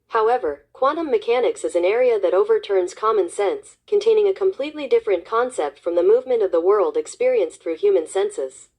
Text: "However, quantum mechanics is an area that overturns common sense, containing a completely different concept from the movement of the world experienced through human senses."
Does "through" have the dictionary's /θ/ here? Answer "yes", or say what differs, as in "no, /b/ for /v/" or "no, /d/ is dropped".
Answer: yes